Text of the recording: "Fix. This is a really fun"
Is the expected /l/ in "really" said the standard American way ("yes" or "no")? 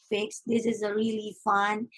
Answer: yes